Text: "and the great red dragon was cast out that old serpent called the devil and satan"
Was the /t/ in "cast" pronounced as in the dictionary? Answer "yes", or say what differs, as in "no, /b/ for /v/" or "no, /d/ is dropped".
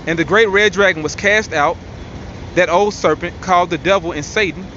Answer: yes